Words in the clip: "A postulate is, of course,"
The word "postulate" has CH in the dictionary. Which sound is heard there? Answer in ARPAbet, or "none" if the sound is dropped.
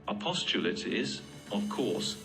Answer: CH